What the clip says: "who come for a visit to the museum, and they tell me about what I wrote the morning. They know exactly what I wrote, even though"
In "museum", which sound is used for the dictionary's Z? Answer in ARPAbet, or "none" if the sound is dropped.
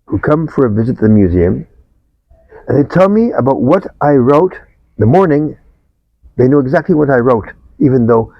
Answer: Z